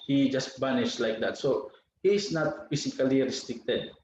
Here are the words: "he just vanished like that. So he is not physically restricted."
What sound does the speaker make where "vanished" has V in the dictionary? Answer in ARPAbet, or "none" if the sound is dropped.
B